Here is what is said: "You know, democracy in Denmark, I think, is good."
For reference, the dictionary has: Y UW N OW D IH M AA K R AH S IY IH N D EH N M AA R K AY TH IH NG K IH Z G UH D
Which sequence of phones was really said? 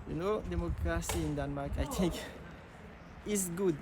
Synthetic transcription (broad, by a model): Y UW N OW D IH M AA K R AH S IY IH N D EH N M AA K AY T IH NG K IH S G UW D